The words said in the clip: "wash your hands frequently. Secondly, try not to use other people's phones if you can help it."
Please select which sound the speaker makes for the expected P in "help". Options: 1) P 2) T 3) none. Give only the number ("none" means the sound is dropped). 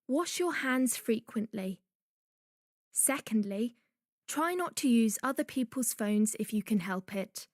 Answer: 1